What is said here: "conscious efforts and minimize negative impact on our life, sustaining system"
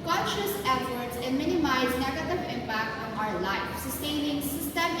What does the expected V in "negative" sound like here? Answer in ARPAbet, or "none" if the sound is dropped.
V